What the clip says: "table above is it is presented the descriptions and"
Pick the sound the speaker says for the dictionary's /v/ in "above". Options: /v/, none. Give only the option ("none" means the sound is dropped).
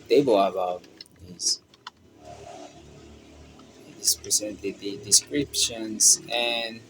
none